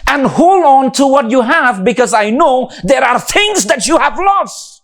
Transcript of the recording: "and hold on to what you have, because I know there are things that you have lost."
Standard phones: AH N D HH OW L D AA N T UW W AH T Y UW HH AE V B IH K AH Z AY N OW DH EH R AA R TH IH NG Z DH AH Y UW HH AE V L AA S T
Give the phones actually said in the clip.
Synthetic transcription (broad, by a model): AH N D HH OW L AA N T UW W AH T Y UW HH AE V B IH K AH Z AY N OW DH EH R AA R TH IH NG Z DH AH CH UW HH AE V L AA S T